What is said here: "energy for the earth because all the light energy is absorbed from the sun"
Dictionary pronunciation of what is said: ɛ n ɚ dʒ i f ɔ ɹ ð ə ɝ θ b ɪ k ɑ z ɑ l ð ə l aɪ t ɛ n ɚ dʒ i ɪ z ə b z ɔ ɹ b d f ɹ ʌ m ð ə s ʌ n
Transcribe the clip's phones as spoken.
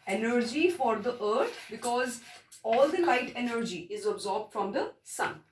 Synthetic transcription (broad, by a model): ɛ n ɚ dʒ i f ɔ ɹ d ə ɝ t b ɪ k ɑ z ɑ l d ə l aɪ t ɛ n ɚ dʒ i ɪ z ə b z ɔ ɹ b d f ɹ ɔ m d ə s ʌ n